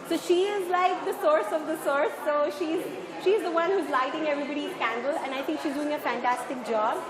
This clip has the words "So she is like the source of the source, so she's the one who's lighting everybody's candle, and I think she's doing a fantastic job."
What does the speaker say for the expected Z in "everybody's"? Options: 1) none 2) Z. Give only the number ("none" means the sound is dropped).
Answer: 1